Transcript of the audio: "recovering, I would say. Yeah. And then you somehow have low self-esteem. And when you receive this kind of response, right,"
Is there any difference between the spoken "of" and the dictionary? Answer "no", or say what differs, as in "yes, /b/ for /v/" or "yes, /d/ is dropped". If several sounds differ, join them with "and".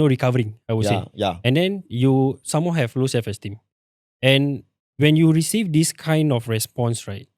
yes, /f/ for /v/